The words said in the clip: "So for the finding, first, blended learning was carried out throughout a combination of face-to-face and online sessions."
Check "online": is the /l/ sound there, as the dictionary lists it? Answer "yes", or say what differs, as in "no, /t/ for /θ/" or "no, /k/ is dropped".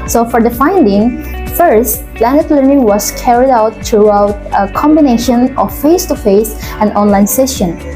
yes